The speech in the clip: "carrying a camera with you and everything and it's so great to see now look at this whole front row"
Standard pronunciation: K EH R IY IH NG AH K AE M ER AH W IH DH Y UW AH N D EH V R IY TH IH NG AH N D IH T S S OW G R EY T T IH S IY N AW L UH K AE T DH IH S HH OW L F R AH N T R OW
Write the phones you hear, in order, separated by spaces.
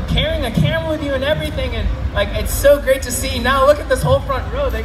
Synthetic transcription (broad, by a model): K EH R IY IH NG AH K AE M W IH DH Y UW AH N EH V R IY TH IH NG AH N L IH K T S OW G R EY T T IH S IY N AW L UH K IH T DH IH S HH OW L F R AH N T R OW